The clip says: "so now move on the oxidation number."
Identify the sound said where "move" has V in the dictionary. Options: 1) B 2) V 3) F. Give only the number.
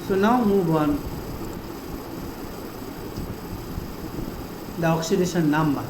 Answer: 1